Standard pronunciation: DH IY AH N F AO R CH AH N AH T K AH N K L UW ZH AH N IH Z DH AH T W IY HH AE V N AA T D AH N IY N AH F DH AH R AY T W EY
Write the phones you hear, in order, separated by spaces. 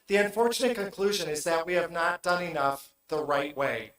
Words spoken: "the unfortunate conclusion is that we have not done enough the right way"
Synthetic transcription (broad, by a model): DH IY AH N F AO R CH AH N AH T K AH N K L UW ZH AH N IH Z DH AH T W IY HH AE V N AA T D AH N IY N AH F DH AH R AY T W EY